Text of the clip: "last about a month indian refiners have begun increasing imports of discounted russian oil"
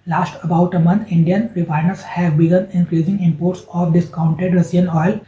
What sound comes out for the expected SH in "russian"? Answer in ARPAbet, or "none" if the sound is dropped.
S